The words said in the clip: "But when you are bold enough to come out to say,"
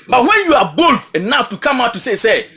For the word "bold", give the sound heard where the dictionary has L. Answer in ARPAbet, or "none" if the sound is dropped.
L